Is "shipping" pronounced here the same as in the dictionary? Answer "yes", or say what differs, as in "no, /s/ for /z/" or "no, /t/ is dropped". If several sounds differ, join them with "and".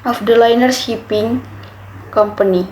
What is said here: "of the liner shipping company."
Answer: no, /s/ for /ʃ/